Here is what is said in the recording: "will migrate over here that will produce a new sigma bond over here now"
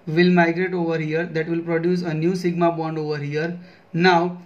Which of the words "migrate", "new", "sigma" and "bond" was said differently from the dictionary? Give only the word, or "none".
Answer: none